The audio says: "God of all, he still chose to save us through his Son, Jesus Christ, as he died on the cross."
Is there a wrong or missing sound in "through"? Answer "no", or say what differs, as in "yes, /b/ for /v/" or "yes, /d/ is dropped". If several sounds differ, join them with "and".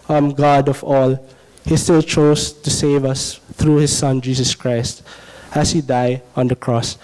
yes, /t/ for /θ/